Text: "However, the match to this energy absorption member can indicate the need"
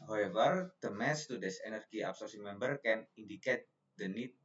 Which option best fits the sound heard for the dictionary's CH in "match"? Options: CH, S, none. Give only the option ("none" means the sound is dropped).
S